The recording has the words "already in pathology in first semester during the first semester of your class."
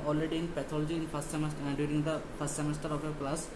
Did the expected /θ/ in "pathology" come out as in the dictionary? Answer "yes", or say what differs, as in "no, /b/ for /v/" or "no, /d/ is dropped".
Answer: no, /t/ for /θ/